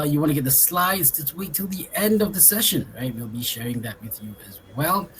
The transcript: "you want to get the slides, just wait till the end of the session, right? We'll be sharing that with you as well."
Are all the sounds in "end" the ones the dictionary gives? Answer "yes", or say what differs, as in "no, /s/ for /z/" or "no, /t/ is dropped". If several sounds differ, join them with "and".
yes